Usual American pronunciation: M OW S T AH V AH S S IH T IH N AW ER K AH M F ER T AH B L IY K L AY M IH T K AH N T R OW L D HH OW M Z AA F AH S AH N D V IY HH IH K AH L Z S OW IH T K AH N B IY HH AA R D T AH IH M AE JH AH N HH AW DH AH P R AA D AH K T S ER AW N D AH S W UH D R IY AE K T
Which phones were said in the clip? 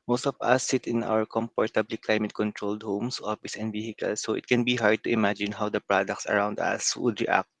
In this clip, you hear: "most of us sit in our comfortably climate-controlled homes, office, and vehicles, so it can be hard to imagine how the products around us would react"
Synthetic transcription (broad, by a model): M OW S T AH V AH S S IH T IH N AW ER K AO M P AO T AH B L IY K L AY M IH T K AH N T R OW L D HH OW M S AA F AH S AH N D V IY HH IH K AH L S OW IH T K AH N B IY HH AA R D T AH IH M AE JH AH N HH AW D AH P R AA D AH K T S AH AW N D AH S W UH D R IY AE K T